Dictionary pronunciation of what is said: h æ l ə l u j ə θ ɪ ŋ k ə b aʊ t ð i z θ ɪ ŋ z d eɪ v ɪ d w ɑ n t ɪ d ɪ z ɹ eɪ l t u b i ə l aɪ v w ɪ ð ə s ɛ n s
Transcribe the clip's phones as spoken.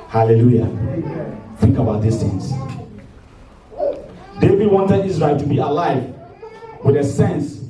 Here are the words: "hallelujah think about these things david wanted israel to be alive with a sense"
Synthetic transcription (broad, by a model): h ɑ l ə l u j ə θ ɪ ŋ k ə b aʊ t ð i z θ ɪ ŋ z d eɪ v ɪ d w ɑ n t ɪ d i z ɹ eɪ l t u b i ə l aɪ v w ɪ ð ə s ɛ n s